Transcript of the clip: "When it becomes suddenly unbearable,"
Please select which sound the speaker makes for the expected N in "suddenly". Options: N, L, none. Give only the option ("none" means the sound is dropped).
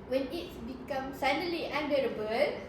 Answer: none